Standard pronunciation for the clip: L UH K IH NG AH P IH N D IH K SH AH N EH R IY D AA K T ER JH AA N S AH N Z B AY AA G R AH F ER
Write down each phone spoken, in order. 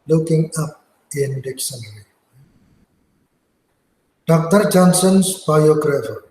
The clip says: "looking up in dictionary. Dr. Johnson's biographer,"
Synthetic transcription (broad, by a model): L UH K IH NG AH P IH N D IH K S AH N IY D AA K T ER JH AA N S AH N S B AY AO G R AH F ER